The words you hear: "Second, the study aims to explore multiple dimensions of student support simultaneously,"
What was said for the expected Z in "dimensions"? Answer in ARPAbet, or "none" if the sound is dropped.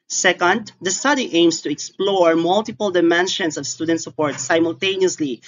S